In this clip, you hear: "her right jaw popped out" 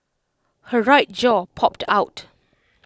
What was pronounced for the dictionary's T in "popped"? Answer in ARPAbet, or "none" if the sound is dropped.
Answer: T